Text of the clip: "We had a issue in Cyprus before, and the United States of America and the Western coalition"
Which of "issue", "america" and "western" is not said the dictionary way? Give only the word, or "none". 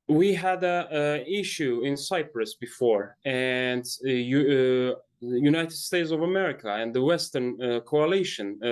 none